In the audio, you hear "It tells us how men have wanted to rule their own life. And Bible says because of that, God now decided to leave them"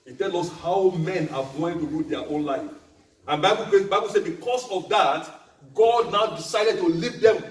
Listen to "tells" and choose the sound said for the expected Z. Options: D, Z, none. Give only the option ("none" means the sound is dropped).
none